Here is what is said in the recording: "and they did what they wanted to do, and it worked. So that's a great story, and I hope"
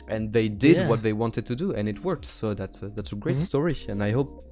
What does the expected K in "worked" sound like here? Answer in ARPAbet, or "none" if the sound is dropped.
K